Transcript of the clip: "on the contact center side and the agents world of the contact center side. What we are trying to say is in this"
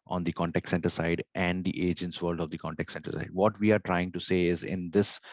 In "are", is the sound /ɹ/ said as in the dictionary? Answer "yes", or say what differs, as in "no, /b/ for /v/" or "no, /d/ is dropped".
yes